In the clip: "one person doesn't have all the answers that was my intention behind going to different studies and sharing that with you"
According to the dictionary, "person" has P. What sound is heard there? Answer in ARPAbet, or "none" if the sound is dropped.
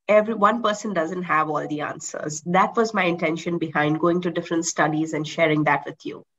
P